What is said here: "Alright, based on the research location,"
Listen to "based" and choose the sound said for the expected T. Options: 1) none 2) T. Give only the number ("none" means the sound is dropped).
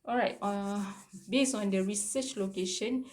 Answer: 1